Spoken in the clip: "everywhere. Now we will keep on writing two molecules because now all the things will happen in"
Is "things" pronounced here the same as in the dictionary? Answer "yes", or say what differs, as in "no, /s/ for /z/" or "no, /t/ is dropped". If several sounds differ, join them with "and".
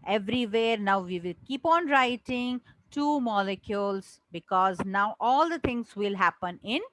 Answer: no, /t/ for /θ/